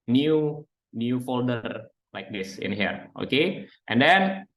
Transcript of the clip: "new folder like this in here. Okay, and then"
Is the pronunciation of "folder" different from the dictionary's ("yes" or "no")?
no